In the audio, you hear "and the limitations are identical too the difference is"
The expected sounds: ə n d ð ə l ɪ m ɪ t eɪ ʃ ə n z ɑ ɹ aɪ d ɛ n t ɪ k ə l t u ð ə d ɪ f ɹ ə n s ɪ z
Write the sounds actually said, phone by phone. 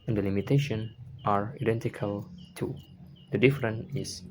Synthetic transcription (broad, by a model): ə n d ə l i m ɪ t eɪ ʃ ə n ɑ ɹ aɪ d ɛ n t ɪ k ə l t u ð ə d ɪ f ɹ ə n ɪ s